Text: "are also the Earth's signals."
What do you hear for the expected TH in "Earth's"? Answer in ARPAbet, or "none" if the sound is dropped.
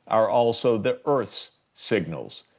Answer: TH